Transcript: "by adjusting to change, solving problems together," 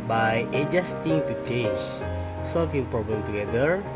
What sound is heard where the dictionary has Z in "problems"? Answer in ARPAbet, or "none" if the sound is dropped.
none